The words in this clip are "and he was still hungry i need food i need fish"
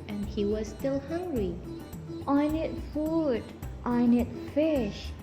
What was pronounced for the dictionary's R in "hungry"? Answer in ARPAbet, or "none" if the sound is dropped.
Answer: R